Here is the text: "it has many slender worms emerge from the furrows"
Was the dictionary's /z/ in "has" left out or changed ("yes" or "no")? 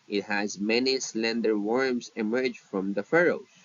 no